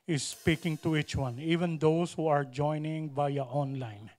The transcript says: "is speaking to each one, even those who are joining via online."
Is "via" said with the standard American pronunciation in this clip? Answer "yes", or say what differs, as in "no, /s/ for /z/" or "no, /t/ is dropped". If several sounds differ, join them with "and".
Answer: no, /b/ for /v/